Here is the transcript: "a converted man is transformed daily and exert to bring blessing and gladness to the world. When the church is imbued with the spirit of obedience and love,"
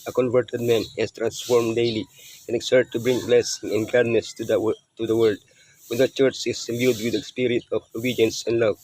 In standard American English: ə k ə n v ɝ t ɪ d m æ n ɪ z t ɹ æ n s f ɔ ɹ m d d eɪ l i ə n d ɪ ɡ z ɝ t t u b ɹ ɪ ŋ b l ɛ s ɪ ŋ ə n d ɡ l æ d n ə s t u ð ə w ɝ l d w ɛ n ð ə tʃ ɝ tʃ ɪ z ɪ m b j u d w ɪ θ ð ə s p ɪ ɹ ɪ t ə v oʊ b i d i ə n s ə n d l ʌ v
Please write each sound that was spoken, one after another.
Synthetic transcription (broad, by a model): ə k ə n v ɝ t ɪ d m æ n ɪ s t ɹ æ n s f ɔ ɹ m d d eɪ l i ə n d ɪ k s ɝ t t u b ɹ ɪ ŋ b l ɛ s ɪ ŋ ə n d ɡ ɑ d n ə s t u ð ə w ɝ l d w ɛ n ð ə tʃ ɝ tʃ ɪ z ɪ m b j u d w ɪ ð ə s p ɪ ɹ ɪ t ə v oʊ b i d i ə n s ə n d l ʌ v